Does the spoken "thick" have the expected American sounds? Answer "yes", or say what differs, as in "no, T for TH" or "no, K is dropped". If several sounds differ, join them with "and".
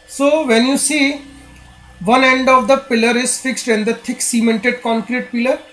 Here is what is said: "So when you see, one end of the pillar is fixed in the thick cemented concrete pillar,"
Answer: no, T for TH